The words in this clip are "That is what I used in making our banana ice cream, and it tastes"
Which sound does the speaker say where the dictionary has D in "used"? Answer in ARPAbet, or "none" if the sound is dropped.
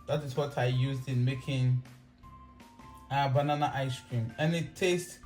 D